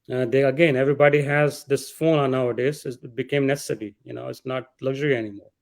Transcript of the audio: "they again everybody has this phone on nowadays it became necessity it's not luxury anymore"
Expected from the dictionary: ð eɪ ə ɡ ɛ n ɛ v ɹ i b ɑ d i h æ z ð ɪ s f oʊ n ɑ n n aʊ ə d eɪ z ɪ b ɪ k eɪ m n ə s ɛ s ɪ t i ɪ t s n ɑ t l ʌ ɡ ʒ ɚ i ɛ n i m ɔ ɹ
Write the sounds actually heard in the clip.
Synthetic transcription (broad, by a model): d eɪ ə ɡ ɛ n ɛ v ɹ i b ɑ d i h æ z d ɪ s f oʊ n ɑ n n aʊ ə d eɪ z ɪ b ɪ k eɪ m n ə s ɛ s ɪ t i ɪ t s n ɑ t l ʌ ɡ ʒ ɚ i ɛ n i m ɔ ɹ